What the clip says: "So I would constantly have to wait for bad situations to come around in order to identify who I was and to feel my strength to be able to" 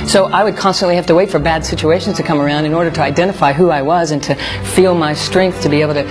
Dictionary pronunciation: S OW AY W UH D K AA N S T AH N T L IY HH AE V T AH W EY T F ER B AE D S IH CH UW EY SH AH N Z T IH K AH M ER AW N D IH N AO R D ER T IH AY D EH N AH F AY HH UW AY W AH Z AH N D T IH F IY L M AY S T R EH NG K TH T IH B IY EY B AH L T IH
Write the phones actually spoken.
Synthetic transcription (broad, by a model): S OW AY W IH D K AA N S T AH N T L IY HH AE F T AH W EY T F ER B AE D S IH CH UW EY SH N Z T IH K AH M ER AW N D IH N AO R D ER T IH AY D EH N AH F AY HH UW AY W AH Z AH N T IH F IY L M AY S T R EH NG K TH T IH B IY EY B L T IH